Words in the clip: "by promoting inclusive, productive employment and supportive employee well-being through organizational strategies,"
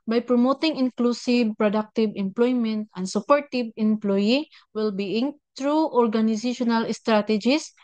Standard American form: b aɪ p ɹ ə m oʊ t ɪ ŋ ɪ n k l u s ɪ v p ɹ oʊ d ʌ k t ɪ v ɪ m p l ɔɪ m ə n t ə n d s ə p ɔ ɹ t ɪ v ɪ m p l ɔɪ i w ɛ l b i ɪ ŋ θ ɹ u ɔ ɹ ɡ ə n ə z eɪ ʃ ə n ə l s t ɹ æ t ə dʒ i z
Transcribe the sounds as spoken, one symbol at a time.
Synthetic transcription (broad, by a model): b aɪ p ɹ ə m oʊ t ɪ ŋ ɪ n k l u s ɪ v p ɹ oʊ d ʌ k t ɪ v ɪ m p l ɔɪ m ə n t ə n d s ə p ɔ ɹ t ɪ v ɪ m p l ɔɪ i w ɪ l b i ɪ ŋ t ɹ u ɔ ɹ ɡ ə n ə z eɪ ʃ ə n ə l s t ɹ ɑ t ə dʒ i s